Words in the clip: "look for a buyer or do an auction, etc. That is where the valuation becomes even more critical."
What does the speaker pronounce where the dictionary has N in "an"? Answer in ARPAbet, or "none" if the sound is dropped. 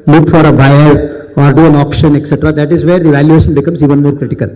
N